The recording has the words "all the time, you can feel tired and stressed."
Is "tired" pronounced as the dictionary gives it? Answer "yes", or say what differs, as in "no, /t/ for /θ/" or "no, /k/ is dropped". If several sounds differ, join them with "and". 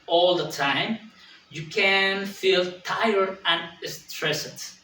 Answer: no, /d/ is dropped